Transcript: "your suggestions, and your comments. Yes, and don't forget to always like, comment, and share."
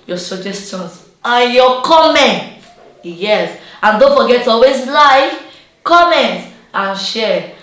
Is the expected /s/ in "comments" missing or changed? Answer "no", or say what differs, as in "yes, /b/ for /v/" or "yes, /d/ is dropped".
yes, /s/ is dropped